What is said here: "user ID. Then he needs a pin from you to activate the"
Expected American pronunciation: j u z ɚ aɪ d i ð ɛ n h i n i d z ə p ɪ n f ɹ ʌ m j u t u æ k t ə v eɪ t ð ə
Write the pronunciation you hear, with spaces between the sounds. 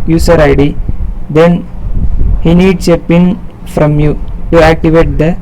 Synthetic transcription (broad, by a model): j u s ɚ aɪ d i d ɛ n h i n i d s ə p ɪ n f ɹ ʌ m j u t u æ k t ə v eɪ t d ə